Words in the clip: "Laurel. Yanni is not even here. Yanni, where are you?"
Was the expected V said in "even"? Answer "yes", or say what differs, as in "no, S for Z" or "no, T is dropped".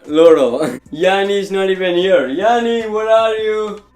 no, P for V